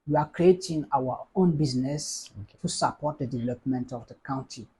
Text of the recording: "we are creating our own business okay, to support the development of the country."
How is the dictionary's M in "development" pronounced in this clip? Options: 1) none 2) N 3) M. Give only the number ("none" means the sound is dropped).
3